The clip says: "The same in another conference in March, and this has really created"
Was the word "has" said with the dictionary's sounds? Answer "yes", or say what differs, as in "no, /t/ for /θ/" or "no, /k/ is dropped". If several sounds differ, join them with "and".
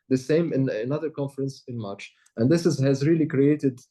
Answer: yes